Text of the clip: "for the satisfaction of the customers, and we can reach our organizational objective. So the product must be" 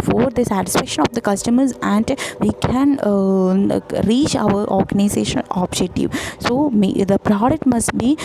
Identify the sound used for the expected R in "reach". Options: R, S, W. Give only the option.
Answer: R